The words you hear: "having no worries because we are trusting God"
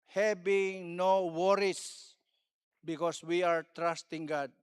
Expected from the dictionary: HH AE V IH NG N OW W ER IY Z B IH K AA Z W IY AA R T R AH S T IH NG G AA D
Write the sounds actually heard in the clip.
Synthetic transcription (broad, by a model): HH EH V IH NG N OW W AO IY S B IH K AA S W IY AA R T R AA S T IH NG G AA D